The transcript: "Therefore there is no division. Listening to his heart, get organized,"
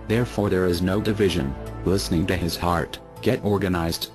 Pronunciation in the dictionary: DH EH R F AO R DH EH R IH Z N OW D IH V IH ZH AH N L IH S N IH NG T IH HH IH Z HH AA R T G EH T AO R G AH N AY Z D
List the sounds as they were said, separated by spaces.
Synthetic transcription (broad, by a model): DH EH R F AO R DH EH R IH Z N OW D IH V IH ZH AH N L IH S N IH NG T IH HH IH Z HH AA R T G EH T AO R G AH N AY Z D